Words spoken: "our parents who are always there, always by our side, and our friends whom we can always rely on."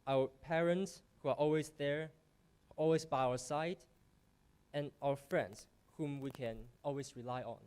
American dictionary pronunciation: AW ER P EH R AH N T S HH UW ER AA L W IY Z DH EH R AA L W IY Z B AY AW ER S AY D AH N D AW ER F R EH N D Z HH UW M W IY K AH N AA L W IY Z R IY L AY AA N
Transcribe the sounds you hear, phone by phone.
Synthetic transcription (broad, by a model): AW ER P EH R AH N T S HH UW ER AA L W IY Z DH EH R AA L W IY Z B AY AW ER S AY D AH N AW ER F R EH N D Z HH UW M W IY K AH N AA L W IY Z R IY L AY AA N